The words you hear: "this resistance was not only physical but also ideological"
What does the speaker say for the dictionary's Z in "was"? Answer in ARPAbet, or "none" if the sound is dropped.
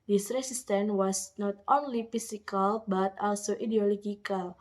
S